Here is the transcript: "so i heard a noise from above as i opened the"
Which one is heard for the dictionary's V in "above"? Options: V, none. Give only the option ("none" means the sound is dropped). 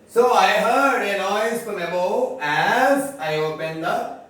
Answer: none